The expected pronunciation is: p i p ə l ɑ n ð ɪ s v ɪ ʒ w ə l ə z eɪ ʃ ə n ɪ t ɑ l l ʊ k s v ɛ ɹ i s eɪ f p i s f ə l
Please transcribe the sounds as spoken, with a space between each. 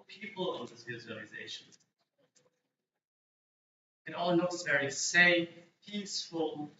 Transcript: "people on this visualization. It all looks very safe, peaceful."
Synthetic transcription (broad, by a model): p i p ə l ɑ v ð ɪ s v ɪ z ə l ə z eɪ ʃ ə n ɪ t ɑ l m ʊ s v ɛ ɹ i s eɪ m p i s f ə l